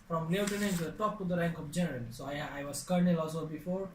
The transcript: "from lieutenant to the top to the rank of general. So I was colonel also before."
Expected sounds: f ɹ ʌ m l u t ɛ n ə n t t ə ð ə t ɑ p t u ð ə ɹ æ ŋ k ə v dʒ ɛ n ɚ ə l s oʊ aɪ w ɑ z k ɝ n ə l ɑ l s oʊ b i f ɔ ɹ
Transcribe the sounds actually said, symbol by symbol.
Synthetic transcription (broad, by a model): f ɹ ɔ m l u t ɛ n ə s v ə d t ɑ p t u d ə ɹ æ ŋ k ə p dʒ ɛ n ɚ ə l s oʊ aɪ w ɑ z k ɝ n ə l ɑ l s oʊ b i f ɔ ɹ